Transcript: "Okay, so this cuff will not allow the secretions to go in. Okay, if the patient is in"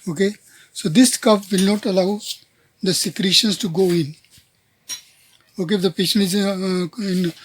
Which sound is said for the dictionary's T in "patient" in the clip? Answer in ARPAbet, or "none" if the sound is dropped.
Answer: none